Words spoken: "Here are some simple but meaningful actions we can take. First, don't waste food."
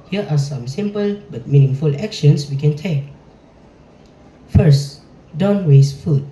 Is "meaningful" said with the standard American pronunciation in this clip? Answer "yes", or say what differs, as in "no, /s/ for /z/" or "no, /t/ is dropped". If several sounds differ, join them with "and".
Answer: yes